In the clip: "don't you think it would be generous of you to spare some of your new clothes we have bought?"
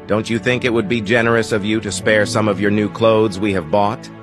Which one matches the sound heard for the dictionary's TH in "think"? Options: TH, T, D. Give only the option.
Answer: TH